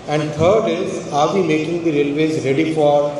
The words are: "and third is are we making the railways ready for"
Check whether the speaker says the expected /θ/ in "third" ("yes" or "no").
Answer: no